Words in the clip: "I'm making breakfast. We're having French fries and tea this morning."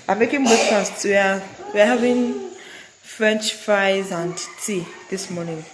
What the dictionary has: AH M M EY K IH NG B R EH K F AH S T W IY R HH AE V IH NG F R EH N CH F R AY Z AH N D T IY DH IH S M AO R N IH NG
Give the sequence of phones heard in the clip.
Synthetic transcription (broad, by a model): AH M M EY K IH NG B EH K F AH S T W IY W HH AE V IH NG F R EH N CH F R AY Z AH N D T IY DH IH S M AO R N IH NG